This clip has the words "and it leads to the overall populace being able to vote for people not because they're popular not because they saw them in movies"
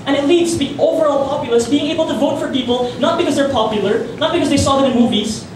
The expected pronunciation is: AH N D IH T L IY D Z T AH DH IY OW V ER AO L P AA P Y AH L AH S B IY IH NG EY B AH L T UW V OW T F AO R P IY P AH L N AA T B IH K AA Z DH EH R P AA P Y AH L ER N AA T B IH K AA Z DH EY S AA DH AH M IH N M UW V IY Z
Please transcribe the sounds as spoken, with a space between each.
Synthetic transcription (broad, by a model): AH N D IH T L IY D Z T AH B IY OW V ER AO L P AA P Y AH L AH S B IY IH NG EY B AH L T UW V OW T F AO R P IY P AH L N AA T B IH K AA Z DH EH R P AA P Y AH L ER N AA T B IH K AA Z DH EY S AA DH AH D IH N M UW V IY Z